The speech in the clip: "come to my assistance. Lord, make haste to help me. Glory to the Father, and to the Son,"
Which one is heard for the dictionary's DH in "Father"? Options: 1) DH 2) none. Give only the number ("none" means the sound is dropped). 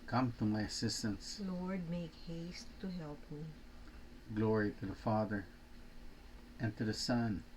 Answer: 1